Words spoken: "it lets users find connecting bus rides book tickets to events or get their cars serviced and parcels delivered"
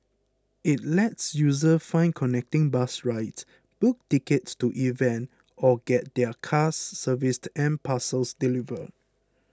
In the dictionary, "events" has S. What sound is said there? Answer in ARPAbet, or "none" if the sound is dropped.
none